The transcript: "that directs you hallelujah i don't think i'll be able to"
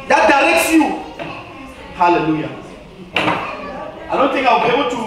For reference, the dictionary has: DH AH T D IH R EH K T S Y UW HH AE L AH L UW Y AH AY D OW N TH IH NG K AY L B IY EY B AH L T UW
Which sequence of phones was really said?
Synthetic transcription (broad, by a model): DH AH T D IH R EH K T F Y UW HH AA L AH L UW Y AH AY D OW N T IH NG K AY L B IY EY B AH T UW